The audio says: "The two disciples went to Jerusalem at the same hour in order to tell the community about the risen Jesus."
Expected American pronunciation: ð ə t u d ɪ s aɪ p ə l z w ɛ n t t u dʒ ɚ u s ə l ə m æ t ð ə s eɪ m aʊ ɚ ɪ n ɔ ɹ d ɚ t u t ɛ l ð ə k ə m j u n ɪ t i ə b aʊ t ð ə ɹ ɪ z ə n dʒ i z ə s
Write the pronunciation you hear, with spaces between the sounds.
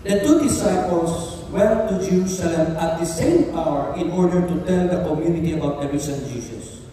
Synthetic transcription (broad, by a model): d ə t u d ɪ s aɪ p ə l s w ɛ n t t u dʒ ɚ u s ə l ə m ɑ t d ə s eɪ m aʊ ɚ ɪ n ɔ ɹ d ɚ t u t ɛ l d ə k ə m j u n ɪ t i ə b aʊ t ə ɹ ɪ s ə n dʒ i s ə s